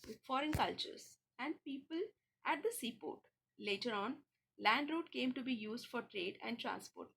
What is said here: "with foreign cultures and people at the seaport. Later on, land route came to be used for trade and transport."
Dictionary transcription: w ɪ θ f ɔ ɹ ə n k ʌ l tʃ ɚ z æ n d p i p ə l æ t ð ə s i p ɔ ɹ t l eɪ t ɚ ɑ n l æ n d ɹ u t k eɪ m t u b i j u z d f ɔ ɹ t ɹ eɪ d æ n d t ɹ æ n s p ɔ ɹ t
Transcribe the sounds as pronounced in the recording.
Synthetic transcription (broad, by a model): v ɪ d f ɔ ɹ ə n k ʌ l tʃ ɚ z æ n d p i p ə l æ t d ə s i p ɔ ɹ t l eɪ t ɚ ɑ n l æ n d ɹ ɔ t k eɪ m t u b i j u z d f ɔ ɹ t ɹ eɪ d æ n d t ɹ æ n s p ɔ ɹ t